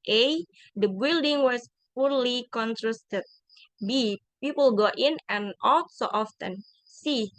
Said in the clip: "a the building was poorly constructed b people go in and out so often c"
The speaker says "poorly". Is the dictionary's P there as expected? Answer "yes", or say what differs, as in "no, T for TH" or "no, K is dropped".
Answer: yes